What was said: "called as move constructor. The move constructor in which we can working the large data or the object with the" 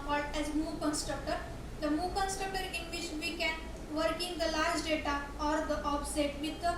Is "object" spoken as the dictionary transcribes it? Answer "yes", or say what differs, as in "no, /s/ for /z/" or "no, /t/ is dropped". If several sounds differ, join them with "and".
no, /k/ is dropped